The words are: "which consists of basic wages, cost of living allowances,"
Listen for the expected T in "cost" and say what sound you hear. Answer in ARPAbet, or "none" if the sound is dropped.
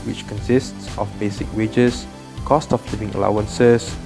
T